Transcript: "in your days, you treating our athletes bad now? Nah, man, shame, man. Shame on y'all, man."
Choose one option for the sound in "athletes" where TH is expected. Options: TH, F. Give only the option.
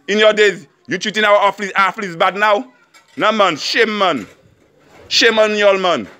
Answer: F